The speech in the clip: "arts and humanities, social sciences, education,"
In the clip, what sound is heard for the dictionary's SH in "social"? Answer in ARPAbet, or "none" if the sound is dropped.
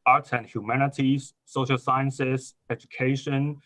SH